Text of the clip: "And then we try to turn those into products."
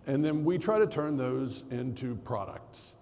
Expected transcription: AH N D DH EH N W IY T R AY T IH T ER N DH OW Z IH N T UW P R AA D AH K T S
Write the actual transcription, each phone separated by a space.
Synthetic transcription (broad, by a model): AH N DH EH N W IY T R AY T IH T ER N DH OW Z IH N T UW P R AA D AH K T S